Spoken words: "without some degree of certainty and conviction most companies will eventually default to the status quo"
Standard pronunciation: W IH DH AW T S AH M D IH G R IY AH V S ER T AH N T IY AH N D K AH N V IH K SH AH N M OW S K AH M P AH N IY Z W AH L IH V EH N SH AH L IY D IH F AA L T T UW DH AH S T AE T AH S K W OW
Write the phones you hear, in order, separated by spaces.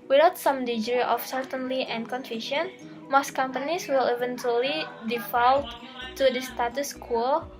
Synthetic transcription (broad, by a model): W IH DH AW T S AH M D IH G R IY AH F S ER T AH N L IY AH N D K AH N F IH SH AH N M OW S K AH M P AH N IY S W AH L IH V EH N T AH L IY D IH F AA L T T UW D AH S T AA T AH S K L